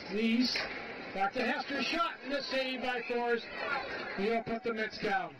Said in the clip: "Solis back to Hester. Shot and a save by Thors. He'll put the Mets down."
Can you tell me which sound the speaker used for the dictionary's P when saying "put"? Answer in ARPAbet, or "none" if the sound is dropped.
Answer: P